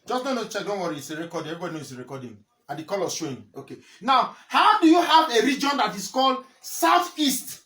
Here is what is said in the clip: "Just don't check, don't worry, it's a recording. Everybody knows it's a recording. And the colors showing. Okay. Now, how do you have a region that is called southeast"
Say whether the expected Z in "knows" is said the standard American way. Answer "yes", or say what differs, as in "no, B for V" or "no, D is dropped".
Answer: no, Z is dropped